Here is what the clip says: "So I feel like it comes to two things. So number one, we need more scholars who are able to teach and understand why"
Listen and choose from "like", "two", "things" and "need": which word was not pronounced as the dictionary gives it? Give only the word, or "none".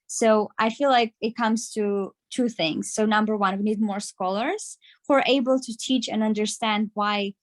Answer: none